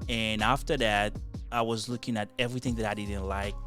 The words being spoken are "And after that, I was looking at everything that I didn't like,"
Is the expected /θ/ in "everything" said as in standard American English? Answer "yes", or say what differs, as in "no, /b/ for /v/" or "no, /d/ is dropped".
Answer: yes